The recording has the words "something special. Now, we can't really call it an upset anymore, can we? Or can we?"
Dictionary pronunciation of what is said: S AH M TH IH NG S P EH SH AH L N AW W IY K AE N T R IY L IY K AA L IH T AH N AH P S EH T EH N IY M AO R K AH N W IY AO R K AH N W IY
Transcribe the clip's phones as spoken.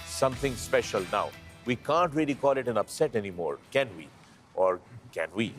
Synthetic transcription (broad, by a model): S AH M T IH NG S P EH SH AH L N AW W IY K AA N T R IY L IY K AA L IH T AH N AH P S EH T EH N IY M AO R K AH N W IY AO R K AH N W IY